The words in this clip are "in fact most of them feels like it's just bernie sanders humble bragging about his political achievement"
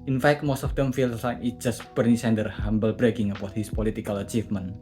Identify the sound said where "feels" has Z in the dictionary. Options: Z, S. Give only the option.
S